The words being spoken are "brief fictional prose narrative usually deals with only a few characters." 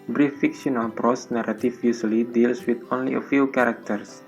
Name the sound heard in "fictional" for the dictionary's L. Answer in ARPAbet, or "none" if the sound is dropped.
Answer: N